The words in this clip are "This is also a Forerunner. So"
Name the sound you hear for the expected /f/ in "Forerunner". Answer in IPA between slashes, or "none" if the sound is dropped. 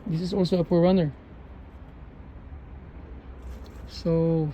/p/